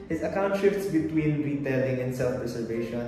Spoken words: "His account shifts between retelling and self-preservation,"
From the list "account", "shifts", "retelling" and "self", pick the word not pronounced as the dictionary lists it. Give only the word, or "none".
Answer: none